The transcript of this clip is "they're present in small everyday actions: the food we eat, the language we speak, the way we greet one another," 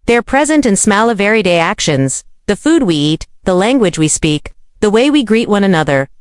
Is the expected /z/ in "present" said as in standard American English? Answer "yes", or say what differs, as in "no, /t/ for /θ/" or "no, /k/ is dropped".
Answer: yes